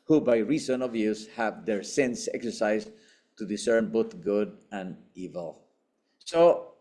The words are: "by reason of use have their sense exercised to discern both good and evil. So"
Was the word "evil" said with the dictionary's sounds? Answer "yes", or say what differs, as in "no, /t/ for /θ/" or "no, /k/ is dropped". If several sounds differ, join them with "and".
yes